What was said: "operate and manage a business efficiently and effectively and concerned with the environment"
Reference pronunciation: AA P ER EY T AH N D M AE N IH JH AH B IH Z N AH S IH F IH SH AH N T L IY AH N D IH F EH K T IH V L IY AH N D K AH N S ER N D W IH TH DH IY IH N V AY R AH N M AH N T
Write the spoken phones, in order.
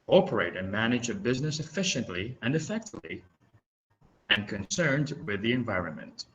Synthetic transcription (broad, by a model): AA P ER EY T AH N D M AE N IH JH AH B IH Z N AH S IH F IH SH AH N T L IY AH N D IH F EH K T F L IY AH N K AH N S ER N D W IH DH IY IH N V AY R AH N M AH N T